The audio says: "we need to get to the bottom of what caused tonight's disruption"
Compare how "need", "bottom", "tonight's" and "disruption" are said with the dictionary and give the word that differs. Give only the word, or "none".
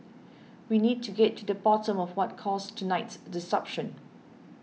disruption